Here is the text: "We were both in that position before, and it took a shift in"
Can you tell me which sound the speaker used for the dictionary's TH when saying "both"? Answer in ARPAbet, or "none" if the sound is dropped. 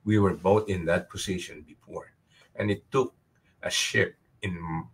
T